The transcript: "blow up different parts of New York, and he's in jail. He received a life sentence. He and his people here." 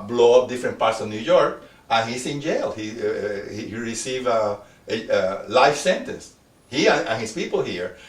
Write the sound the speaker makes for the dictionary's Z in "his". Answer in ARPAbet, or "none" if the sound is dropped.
S